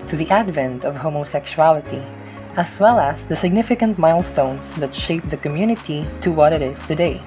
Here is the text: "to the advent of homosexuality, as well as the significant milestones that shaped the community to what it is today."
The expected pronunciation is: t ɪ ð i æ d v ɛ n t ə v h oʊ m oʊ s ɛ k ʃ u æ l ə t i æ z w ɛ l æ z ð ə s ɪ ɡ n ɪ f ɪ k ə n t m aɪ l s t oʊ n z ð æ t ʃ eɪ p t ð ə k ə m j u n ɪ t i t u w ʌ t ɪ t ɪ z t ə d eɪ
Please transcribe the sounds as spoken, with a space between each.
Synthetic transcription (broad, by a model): t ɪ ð i æ d v ɛ n t ə v h oʊ m oʊ s ɛ k ʃ u æ l ə t i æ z w ɛ l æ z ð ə s ɪ ɡ n ɪ f ɪ k ə n t m aɪ l s t oʊ n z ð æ t ʃ eɪ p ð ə k ə m j u n ɪ t i t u w ʌ t ɪ t ɪ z t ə d eɪ